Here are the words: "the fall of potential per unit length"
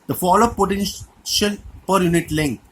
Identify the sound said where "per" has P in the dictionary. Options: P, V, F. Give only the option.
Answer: P